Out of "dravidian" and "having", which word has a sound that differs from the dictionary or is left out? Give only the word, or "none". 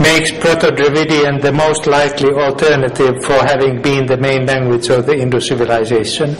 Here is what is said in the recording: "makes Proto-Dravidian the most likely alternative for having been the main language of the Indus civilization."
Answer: none